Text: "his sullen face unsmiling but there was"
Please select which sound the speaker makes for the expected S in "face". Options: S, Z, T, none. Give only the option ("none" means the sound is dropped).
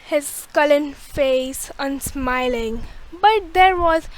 S